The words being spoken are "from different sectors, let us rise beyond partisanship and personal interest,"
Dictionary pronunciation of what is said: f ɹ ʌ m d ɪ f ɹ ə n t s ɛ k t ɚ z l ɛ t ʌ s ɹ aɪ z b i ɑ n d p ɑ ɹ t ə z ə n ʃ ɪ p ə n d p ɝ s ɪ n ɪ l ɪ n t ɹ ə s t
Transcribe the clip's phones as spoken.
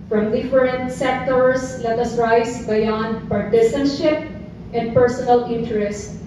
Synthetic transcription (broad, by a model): f ɹ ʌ m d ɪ f ɹ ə n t s ɛ k t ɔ s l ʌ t ʌ s ɹ aɪ s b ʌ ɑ n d p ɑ ɹ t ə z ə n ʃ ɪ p ə n d p ɝ s ɪ n ɪ l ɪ n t ɹ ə s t